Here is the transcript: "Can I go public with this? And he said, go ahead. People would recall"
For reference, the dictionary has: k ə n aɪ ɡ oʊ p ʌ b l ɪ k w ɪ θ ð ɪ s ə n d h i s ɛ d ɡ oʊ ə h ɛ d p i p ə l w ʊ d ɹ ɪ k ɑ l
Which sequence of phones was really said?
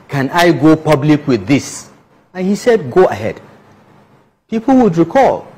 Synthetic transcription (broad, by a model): k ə n aɪ ɡ oʊ p ʌ b l ɪ k w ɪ ð ɪ s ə n h i s ɛ d ɡ oʊ ə h ɛ d p i p l w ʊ d ɹ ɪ k ɑ l